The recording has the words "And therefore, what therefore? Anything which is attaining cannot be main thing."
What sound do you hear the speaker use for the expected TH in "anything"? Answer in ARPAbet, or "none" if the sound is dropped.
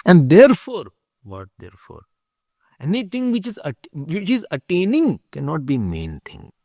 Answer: T